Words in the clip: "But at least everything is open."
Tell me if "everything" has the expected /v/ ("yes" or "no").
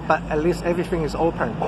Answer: yes